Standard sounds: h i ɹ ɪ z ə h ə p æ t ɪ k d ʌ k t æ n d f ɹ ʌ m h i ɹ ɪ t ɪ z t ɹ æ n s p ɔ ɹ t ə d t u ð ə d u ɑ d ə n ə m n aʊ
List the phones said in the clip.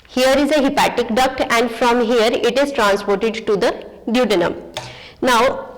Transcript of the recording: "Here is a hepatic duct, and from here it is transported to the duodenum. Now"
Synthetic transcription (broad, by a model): h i ɹ ɪ z ə h ə p æ t ɪ k d ʌ k t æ n d f ɹ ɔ m h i ɹ ɪ t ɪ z t ɹ æ n s p ɔ ɹ t ə d t u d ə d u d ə n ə m n aʊ